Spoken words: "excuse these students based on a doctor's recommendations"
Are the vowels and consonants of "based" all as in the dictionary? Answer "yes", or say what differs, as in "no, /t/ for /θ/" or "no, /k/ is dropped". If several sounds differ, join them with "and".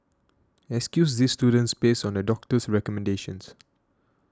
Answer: no, /t/ is dropped